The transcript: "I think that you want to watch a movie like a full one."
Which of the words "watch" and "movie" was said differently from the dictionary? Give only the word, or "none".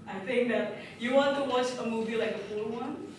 none